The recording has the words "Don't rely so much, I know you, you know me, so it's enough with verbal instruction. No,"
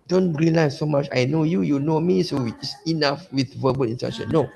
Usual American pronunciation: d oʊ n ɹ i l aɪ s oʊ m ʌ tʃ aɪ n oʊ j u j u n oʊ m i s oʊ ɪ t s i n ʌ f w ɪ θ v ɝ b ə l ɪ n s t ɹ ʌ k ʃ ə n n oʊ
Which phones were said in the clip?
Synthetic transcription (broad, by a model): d oʊ n ɹ i l aɪ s oʊ m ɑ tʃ aɪ n oʊ j u j u n oʊ m i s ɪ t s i n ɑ f w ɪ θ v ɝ b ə l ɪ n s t ɛ ʃ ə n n oʊ